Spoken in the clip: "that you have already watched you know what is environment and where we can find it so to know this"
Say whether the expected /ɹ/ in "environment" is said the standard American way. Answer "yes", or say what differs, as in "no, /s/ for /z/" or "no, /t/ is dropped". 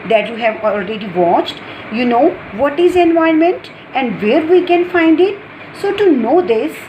no, /ɹ/ is dropped